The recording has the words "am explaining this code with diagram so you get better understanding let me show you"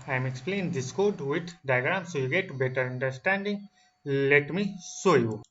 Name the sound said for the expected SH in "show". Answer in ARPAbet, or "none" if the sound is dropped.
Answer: S